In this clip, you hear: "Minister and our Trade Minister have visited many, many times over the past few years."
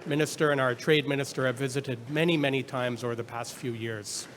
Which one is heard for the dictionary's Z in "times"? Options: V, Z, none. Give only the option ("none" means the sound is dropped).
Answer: Z